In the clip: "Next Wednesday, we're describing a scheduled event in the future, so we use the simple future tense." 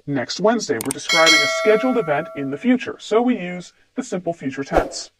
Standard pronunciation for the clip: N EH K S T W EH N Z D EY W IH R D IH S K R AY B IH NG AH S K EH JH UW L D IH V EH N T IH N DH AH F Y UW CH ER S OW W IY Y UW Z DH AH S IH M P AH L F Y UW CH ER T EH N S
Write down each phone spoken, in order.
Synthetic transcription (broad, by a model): N EH K S T W EH N Z D EY W IH R D IH S K R AY B IH NG AH S K EH JH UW L D IH V EH N T IH N DH AH F Y UW CH ER S OW W IY Y UW Z DH AH S IH M P L F Y UW CH ER T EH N S